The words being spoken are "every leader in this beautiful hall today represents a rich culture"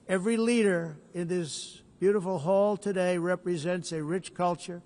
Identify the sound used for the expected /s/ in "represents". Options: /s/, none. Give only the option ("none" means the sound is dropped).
/s/